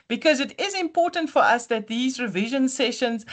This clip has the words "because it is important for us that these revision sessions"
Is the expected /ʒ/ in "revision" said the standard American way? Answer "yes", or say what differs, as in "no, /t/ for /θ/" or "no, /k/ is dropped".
yes